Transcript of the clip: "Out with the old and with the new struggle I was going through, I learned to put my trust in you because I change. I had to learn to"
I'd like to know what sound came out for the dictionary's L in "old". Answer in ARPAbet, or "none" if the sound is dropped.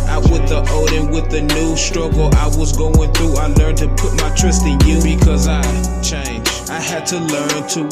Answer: none